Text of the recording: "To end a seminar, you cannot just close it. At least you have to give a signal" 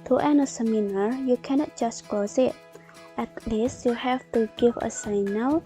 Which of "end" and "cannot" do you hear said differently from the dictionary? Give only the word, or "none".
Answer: end